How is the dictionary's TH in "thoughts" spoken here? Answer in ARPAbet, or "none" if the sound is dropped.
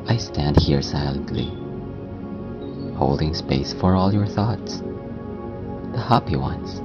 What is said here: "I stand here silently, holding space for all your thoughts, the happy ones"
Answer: TH